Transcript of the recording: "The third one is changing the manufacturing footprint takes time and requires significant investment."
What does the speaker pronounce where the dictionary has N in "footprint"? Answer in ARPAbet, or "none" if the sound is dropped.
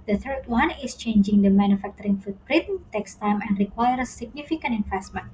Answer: none